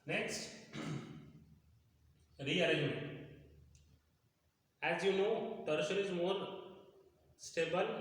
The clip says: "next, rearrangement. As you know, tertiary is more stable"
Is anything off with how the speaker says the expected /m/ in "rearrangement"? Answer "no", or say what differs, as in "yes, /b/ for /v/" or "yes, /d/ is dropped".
yes, /m/ is dropped